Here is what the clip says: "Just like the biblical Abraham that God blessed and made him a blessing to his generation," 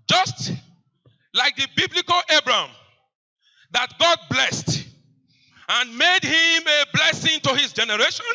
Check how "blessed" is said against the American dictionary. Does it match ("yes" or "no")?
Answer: yes